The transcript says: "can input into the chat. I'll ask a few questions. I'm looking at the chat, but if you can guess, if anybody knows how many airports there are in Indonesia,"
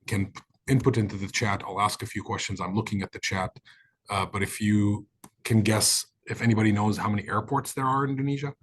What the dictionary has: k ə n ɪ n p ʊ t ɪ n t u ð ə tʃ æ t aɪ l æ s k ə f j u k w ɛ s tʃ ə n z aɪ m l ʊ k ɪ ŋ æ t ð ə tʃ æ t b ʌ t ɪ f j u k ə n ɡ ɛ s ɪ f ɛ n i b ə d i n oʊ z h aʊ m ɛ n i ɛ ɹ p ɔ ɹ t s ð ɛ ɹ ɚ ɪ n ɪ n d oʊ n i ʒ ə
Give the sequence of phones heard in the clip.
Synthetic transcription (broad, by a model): k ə n ɪ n p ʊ t ɪ n t u ð ə tʃ æ t aɪ l æ s k ə f j u k w ɛ s tʃ ə n z aɪ m l ʊ k ɪ ŋ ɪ t ð ə tʃ æ t b ʌ t ɪ f j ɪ k ə n ɡ ɛ s ɪ f ɛ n i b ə d i n oʊ z h aʊ m ɛ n i ɛ ɹ p ɔ ɹ t s ð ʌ ɹ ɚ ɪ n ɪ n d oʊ n i ʒ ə